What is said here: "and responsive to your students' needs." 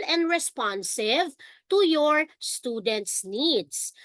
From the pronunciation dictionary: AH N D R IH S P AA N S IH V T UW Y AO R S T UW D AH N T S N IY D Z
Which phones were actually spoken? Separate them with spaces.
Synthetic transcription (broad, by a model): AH N D R IH S P AA N S IH V T UW Y AO R S T UW D AH N T S N IY D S